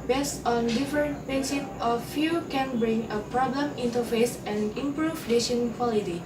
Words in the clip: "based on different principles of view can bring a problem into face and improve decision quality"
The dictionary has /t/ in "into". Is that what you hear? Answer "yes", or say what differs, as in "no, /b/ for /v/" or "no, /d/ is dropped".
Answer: yes